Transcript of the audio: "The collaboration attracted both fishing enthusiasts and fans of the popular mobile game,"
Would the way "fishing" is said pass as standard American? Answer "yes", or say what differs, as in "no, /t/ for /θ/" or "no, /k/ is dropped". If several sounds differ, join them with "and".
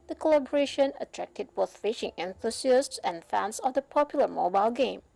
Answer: yes